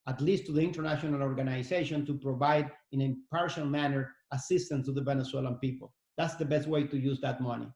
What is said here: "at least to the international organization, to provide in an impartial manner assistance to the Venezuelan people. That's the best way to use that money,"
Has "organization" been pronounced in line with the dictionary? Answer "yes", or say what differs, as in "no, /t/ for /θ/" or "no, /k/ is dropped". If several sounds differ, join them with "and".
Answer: no, /s/ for /z/